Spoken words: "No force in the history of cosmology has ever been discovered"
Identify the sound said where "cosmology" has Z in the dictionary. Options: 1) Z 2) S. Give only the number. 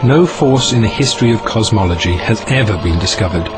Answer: 1